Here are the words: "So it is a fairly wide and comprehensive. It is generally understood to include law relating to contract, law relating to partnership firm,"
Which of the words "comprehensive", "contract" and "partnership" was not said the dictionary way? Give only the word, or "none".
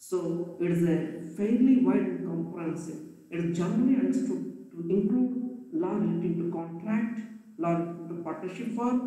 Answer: comprehensive